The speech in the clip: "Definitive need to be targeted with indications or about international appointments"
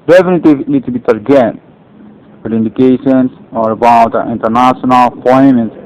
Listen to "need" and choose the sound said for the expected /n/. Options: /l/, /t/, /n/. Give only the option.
/l/